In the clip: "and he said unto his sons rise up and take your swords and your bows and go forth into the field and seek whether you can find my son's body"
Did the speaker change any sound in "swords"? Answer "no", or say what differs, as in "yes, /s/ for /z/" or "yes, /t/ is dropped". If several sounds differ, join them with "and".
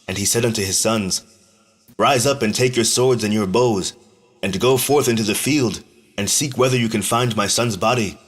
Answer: no